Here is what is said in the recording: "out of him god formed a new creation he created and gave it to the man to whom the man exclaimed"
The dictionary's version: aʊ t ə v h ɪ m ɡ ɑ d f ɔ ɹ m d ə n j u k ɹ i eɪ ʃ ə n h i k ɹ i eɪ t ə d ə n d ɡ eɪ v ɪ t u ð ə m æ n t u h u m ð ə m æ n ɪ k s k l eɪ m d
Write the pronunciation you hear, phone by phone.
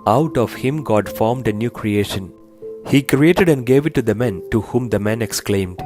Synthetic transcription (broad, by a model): aʊ t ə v h ɪ m ɡ ɑ d f ɔ ɹ m d ə n j u k ɹ i eɪ ʃ ə n h i k ɹ i eɪ t ə d ə n d ɡ eɪ v ɪ t u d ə m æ n t u h u m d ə m æ n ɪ k s k l eɪ m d